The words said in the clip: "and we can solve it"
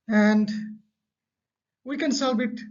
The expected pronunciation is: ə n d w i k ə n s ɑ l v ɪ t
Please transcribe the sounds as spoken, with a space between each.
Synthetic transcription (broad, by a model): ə n d w i k ə n s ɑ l b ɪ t